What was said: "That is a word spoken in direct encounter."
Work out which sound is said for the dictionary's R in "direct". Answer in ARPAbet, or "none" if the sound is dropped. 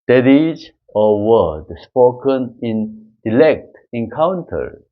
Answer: L